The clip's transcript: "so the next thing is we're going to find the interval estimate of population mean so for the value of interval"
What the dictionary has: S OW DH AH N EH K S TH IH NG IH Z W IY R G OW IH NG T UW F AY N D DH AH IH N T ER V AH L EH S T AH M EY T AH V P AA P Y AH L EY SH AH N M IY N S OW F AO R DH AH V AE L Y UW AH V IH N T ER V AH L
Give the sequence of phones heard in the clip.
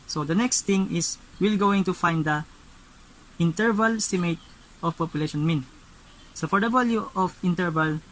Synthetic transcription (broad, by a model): S OW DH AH N EH K S T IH NG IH S W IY L G OW IH NG T UW F AY N D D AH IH N T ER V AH L S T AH M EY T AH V P AA P Y AH L EY SH AH N M IY N S OW F AO R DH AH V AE L Y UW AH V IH N T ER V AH L